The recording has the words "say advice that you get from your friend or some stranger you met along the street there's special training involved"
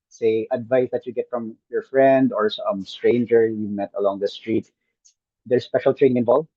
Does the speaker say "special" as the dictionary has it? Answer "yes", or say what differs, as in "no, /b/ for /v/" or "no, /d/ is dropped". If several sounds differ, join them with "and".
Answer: yes